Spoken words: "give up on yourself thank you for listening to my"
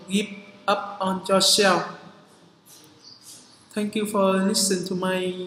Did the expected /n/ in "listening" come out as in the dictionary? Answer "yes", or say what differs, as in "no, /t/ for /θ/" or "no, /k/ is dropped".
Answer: no, /n/ is dropped